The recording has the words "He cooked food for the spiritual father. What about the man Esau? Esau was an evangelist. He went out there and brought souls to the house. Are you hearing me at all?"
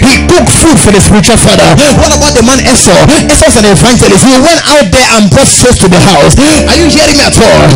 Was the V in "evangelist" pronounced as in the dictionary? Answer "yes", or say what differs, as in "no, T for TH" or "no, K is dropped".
no, F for V